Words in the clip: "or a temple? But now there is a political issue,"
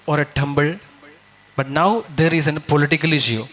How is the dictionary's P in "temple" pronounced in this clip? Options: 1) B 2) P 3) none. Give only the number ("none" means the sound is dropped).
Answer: 1